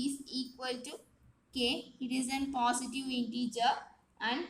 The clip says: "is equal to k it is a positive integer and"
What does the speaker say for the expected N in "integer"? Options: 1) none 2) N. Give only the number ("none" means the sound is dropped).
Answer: 2